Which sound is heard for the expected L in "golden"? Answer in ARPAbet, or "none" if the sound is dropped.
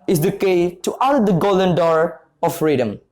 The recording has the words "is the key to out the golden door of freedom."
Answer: L